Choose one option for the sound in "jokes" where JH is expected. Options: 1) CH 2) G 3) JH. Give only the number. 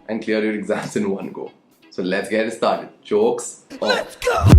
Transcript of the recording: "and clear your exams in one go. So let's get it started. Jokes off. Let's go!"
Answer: 1